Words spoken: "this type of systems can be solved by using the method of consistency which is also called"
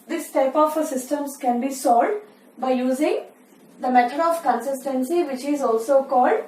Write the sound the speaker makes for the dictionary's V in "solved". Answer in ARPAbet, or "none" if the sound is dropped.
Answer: none